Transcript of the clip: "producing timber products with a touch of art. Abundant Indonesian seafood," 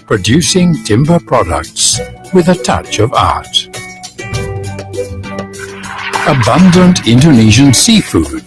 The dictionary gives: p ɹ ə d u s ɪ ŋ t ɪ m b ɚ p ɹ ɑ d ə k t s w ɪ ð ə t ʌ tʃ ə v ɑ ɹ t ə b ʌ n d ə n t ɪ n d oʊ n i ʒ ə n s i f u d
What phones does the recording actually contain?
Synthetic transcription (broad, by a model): p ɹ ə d u s ɪ ŋ t ɪ m b ɚ p ɹ ɑ d ə k t s w ɪ ð ə t ʌ tʃ ə v ɑ ɹ t ə b ʌ n d ə n t ɪ n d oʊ n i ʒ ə n s i f u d